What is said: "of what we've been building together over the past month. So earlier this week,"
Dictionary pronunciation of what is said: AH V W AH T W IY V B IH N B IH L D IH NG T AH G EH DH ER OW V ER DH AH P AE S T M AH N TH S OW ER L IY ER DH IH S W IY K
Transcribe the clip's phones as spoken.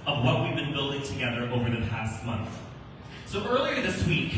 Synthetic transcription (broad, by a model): AH V W AH T W IY V B IH N B IH L D IH NG T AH G EH DH ER OW V ER DH AH P AE S T M AH N TH S OW ER L IY ER DH IH S W IY K